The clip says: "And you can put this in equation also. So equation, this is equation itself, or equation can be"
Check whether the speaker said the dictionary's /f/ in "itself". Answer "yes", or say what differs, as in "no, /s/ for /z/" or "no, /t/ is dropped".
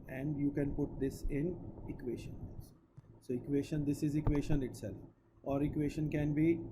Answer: no, /f/ is dropped